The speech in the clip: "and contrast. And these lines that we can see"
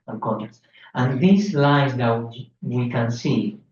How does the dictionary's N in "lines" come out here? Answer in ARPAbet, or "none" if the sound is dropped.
none